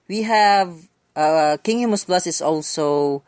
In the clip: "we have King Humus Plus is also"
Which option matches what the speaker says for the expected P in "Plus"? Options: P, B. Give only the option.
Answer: B